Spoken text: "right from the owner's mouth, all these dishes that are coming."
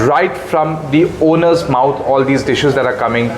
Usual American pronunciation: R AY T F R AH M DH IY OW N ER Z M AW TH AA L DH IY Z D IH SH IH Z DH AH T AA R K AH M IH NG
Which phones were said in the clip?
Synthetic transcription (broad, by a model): R AY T F R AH M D IY OW N ER Z M AW T AA L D IY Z D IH SH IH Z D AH T AA R K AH M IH NG